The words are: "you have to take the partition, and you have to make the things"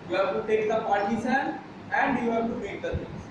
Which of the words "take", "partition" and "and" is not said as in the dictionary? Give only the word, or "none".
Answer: partition